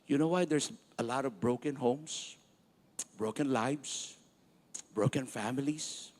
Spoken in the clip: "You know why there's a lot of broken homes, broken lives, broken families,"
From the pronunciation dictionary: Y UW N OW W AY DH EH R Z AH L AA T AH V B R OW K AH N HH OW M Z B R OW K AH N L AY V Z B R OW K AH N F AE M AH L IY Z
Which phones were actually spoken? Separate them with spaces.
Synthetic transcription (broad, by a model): Y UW N OW W AY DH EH R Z AH L AA T AH V B R OW K AH N HH OW M S B R OW K AH N L AY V S B R OW K AH N F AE M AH L IY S